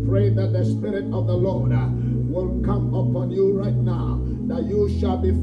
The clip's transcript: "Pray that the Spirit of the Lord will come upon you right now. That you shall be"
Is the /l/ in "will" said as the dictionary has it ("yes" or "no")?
no